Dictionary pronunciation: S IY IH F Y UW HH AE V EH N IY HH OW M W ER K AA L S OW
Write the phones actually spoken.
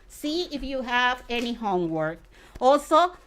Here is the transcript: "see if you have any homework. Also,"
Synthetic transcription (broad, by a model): S IY IH F Y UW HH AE V EH N IY HH OW M W ER K AA L S OW